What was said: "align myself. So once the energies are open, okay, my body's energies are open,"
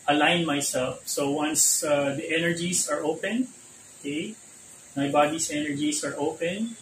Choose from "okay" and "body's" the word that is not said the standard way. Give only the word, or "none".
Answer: body's